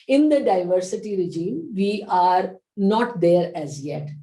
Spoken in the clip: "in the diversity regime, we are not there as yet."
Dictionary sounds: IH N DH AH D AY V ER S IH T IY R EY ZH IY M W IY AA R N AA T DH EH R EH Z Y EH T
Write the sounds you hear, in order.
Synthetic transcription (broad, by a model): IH N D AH D AY V ER S IH T IY R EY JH IY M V IY AA R N AA T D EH R EH Z Y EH T